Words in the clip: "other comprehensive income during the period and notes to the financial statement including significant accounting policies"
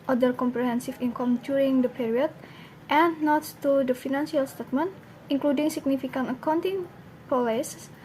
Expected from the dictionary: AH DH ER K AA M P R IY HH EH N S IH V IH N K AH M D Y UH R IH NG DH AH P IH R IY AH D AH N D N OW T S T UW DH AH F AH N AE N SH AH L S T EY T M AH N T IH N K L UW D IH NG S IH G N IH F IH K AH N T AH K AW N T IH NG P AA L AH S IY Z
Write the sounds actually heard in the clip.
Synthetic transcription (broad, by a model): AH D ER K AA M P R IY HH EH N S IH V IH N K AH M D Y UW R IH NG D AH P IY R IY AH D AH N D N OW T T UW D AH F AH N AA N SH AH L S T EY T M AH N T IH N K L UW D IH NG S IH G N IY F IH K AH N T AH K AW N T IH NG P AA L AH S